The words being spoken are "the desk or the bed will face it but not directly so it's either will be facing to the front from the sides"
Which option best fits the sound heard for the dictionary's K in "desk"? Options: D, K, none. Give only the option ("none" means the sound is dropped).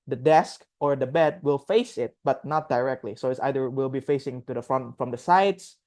K